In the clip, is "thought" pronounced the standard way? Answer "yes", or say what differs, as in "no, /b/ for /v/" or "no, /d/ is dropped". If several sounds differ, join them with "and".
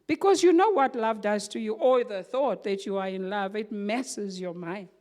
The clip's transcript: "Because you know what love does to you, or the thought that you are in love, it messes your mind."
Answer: yes